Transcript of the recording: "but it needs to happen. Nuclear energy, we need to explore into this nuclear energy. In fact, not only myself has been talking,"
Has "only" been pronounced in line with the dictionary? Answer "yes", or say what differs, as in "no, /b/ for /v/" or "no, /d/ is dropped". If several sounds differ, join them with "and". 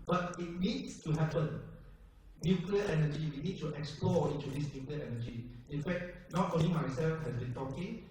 no, /l/ is dropped